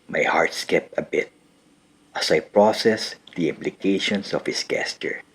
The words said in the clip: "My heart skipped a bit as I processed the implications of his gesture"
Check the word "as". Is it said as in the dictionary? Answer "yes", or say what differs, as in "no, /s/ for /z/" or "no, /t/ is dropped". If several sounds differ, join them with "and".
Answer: no, /s/ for /z/